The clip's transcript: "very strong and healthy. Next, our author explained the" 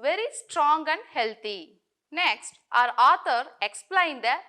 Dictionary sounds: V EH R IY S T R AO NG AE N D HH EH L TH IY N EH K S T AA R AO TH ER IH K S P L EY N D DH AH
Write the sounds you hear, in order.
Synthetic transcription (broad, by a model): V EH R IY S T R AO NG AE N D HH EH L T IY N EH K S T AA R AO T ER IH K S P L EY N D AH